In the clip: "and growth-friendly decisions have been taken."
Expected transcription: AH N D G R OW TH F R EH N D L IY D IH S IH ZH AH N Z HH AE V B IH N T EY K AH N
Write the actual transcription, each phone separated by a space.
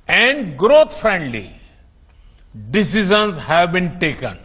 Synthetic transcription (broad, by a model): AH N D G R OW T F R EH N D L IY D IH S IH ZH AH N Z HH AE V B IH N T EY K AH N